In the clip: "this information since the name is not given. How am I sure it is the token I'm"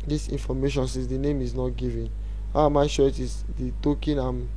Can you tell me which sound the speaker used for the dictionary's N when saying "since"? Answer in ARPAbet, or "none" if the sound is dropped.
none